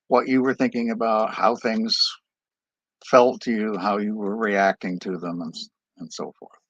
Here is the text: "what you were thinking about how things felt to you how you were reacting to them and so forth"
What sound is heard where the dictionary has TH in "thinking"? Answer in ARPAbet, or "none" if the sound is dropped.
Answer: TH